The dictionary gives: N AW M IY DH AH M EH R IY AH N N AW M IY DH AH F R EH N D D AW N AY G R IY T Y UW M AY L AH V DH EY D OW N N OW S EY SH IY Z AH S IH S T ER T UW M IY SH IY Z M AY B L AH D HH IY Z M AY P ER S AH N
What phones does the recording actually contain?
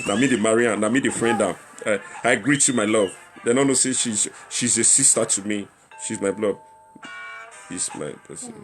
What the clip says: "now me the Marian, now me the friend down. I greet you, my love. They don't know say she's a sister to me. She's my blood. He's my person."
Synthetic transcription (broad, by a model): N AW M IY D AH M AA R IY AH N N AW M IY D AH F R EH N D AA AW AY G R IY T Y UW M AY L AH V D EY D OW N N OW S EY SH IY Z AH S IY S T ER T UW M IY SH IY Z M AY B L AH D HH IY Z M AY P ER S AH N